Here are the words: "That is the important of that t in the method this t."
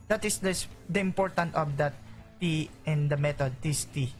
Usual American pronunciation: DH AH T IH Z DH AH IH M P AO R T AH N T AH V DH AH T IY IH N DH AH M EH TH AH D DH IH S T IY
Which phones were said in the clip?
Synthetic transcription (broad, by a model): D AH T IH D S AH IH M P AO R T AH N T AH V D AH T IY IH N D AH M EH T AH D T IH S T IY